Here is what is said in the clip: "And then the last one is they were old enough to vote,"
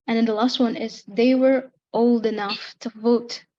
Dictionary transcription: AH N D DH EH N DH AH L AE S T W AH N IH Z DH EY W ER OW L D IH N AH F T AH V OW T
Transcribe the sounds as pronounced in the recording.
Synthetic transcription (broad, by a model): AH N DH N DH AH L AE S T W AH N IH Z DH EY W ER OW L D IH N AH F T AH V OW T